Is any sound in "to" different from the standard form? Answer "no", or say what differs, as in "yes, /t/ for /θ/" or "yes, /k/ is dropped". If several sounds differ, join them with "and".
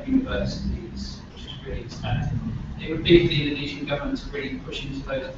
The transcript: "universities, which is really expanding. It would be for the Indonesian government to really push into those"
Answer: yes, /s/ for /t/